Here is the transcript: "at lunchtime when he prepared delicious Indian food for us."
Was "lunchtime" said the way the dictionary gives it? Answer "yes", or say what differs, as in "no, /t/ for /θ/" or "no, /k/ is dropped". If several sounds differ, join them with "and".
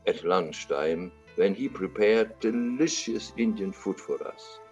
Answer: no, /ʃ/ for /tʃ/